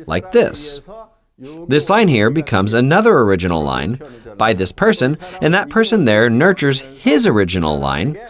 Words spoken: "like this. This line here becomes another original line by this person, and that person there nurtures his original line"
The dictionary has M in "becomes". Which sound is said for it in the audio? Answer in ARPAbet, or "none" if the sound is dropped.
M